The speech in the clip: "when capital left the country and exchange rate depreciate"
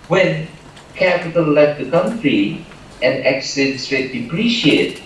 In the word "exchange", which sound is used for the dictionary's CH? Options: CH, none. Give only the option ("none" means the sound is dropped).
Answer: none